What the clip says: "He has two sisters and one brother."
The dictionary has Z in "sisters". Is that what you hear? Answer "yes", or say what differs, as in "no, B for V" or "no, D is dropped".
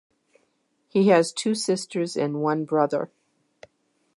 yes